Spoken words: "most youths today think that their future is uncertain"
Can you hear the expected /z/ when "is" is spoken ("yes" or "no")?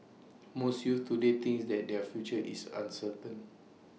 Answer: no